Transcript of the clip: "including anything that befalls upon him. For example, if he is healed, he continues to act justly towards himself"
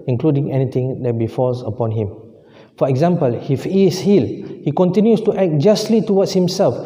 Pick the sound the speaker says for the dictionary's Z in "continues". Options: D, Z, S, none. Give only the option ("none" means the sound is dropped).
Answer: S